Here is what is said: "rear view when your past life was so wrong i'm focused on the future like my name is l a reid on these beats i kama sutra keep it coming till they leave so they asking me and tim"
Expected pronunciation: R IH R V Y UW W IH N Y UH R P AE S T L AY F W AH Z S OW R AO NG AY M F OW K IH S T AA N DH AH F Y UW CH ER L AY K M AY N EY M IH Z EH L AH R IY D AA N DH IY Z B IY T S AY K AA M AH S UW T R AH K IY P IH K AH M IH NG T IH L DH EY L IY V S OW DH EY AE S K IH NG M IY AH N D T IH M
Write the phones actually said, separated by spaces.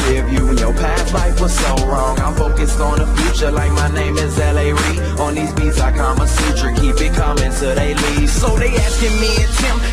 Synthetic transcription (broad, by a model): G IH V Y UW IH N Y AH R P AE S L AY F W AH Z S OW R AO NG AY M F OW K IH S T N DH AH F Y UW CH ER L AY K M AY N EY M IH Z EH L AH R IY AH N DH IY Z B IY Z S AY K AA M AH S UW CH R K IY P IH K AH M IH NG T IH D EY L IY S S OW DH EY AE S K IH NG M IY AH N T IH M